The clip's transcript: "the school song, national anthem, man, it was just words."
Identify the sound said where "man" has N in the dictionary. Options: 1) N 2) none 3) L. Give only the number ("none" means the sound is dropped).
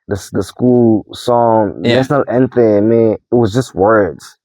2